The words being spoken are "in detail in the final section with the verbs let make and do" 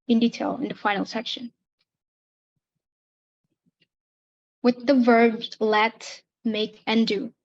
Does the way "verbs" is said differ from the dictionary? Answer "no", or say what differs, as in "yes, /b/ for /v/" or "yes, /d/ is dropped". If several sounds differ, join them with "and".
no